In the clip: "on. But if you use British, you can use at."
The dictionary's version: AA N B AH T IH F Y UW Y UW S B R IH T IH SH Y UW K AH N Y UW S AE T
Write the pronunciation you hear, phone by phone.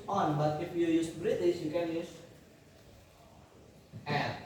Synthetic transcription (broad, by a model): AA N B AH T IH F Y UW Y UW S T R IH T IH S Y UW K AH N Y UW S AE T